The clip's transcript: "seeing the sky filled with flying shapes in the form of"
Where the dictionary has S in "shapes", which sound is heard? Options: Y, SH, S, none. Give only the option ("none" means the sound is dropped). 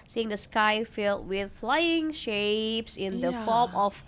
S